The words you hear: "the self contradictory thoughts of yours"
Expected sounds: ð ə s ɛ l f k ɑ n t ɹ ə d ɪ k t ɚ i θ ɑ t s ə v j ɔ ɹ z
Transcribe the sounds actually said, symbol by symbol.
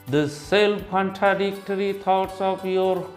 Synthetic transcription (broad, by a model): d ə s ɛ l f k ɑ n t ɹ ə d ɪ k t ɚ i t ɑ t s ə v j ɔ ɹ